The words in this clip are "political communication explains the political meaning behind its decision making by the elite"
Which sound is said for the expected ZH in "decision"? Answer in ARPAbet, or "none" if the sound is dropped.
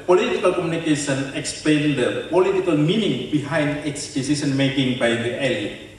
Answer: S